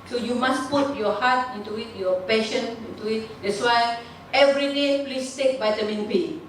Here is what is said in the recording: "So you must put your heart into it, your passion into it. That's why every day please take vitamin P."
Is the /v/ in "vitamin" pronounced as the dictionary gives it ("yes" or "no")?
no